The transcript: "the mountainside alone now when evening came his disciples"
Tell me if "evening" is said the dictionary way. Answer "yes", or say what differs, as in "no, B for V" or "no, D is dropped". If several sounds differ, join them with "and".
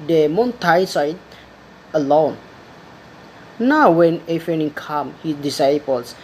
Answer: no, F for V